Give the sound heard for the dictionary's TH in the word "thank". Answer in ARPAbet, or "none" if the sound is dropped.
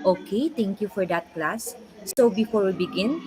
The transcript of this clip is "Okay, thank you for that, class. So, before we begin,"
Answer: T